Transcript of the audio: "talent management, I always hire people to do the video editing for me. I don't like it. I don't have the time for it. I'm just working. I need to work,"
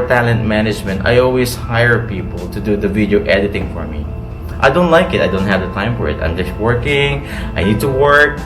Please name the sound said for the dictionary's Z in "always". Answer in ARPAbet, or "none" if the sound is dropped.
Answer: S